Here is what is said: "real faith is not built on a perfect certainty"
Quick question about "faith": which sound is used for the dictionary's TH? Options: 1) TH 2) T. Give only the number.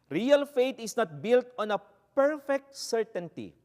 2